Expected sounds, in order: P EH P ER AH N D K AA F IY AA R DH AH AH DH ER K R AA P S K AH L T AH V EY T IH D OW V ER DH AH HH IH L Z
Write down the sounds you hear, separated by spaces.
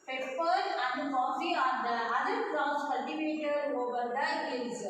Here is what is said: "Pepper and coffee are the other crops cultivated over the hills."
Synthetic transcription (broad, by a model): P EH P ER AH N D K AA F IY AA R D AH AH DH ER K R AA S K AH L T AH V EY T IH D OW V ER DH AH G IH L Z